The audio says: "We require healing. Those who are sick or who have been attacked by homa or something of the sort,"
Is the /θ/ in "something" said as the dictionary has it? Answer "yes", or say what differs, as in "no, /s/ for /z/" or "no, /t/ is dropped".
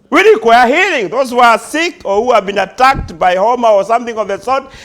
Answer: yes